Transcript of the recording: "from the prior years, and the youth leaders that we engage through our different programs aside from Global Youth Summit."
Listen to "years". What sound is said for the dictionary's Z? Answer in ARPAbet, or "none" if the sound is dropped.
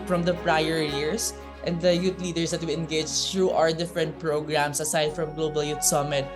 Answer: S